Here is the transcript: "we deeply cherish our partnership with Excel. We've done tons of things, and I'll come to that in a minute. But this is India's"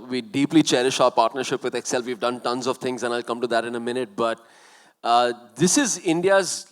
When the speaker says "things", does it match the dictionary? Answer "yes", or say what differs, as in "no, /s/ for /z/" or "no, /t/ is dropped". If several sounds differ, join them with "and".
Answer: no, /t/ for /θ/